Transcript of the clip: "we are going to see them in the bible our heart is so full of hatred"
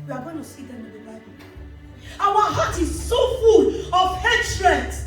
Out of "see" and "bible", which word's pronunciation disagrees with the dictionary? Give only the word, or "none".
bible